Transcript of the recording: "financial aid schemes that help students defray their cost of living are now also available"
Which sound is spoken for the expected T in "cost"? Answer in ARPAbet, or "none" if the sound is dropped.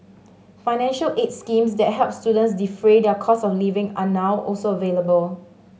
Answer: none